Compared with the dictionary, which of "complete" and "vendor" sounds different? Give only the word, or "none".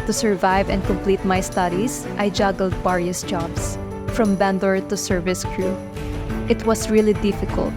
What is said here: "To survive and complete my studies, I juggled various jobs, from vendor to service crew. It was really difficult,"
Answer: vendor